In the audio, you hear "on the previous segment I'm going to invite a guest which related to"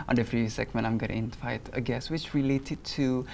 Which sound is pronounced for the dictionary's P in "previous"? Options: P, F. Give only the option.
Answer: F